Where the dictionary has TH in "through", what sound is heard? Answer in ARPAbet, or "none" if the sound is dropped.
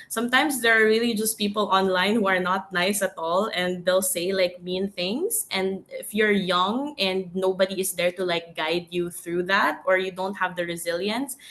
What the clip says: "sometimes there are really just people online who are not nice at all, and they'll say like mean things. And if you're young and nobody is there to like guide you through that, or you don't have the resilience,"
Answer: TH